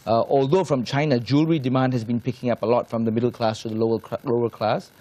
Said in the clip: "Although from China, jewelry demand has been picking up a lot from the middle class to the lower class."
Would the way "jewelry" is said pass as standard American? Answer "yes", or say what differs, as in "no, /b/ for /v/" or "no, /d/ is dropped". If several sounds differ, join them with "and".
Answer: yes